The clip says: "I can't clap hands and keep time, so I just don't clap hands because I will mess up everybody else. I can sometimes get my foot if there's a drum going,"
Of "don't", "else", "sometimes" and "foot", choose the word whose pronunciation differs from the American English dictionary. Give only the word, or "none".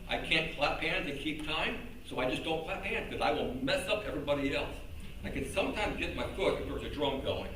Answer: none